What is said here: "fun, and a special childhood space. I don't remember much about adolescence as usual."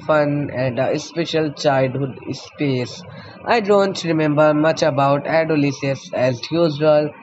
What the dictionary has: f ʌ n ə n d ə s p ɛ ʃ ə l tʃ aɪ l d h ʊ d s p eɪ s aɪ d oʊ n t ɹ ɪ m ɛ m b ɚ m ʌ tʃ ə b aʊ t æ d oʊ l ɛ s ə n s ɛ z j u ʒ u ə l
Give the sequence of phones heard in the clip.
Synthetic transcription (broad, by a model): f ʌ n ə n d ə s p ɛ ʃ ə l tʃ aɪ l d h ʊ d s p eɪ s aɪ d oʊ n t ɹ ɪ m ɛ m b ɚ m ʌ tʃ ə b aʊ t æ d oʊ l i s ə s ɛ z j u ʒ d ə l